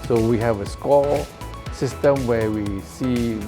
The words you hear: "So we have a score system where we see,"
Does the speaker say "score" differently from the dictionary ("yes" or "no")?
yes